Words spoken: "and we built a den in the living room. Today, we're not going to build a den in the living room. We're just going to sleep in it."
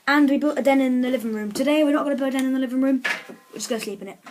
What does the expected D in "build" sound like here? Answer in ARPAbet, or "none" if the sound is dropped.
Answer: none